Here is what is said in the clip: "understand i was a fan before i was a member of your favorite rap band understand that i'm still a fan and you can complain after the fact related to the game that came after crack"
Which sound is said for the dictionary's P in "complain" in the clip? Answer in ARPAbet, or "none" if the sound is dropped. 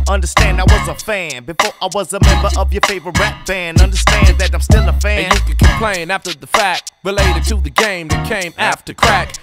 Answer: P